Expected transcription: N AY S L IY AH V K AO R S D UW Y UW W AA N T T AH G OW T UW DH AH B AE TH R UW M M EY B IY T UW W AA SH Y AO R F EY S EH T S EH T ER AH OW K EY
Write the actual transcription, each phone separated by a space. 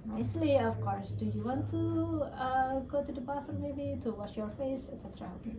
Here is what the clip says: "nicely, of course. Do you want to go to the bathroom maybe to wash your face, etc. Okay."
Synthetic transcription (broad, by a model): N AY S L IY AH F K AO R S D UW Y UW W AA N T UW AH G OW T UW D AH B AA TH AH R M EY B IY T UW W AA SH Y AO R F EY S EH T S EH T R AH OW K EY